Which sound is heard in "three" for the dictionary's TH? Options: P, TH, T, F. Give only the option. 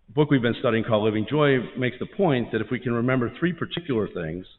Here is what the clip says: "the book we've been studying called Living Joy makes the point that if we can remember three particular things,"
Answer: TH